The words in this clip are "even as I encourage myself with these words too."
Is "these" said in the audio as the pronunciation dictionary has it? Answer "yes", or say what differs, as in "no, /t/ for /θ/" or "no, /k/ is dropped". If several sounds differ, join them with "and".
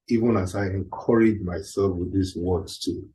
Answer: no, /s/ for /z/